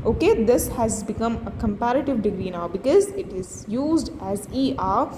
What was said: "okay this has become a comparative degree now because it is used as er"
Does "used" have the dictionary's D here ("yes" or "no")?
yes